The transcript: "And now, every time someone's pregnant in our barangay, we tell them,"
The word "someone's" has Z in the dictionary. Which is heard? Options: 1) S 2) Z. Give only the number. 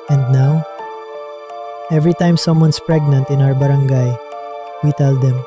1